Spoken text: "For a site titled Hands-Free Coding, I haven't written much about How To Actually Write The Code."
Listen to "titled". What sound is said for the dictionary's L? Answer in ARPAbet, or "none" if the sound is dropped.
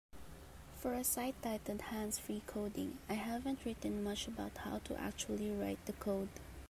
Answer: none